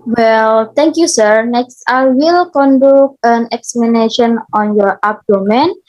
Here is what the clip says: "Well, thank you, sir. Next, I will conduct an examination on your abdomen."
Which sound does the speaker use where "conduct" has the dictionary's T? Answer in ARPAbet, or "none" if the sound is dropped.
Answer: none